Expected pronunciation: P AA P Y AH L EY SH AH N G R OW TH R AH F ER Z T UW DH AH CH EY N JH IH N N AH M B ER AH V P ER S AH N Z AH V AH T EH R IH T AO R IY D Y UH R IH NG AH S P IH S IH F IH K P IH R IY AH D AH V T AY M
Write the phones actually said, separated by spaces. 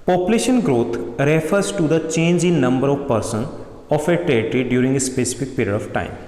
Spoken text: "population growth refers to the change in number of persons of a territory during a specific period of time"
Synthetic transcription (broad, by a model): P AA P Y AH L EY SH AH N G R OW T R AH F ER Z T UW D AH CH EY N JH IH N N AH M B ER AH V P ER S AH N AH F AH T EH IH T R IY D Y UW R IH NG AH S P IH S IH F IH K P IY R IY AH D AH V T AY M